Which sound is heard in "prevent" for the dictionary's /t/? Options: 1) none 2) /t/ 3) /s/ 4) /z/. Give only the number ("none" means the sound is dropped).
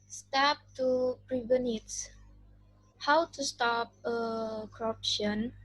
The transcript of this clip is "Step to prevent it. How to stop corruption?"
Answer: 1